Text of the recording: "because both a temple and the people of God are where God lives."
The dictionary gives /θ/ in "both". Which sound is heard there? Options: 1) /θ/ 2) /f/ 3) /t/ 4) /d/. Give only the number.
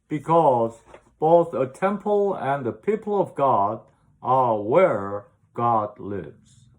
1